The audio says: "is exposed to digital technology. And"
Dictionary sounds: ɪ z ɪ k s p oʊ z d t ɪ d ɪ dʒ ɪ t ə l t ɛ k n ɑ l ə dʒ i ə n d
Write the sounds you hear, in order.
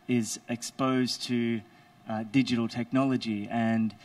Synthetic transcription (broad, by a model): ɪ z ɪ k s p oʊ z t ɪ d ɪ dʒ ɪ t l t ɛ k n ɑ l ə dʒ i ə n